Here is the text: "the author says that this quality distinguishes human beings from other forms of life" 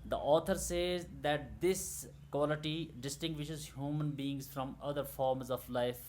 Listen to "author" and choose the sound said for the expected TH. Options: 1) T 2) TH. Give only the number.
1